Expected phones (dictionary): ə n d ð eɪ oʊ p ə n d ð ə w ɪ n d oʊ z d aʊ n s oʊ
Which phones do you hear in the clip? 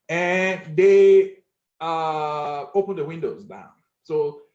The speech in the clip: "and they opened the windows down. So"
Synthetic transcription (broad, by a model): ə n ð eɪ oʊ p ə n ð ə w ɪ n d oʊ z d aʊ n s oʊ